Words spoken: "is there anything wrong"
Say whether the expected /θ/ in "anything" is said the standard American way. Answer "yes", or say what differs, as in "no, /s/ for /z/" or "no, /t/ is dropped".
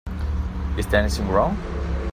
no, /s/ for /θ/